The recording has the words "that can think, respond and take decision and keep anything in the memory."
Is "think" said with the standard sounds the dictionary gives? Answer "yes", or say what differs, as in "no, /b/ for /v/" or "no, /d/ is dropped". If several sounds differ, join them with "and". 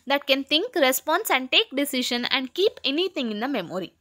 no, /t/ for /θ/